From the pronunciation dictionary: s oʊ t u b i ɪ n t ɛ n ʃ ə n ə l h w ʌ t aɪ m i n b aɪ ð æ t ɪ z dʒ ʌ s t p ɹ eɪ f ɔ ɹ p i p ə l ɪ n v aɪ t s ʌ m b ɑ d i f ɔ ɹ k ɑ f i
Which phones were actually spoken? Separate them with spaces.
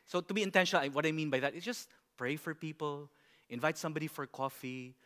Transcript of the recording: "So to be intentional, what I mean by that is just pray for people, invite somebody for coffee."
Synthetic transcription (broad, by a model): s oʊ t u b i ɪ n t ɛ n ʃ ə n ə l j w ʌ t aɪ m i n b aɪ ð æ t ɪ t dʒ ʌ s p ɹ eɪ f ɔ ɹ p i p ə l ɪ n v aɪ t s ʌ m b ɑ d i f ɔ ɹ k ɑ f i